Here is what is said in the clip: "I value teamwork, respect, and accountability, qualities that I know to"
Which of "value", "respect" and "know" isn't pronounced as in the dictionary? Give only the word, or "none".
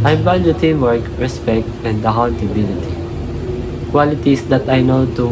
value